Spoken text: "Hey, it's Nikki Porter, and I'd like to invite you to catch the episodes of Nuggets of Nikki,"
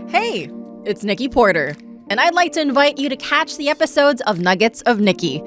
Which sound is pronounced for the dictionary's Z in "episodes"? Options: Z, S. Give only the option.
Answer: Z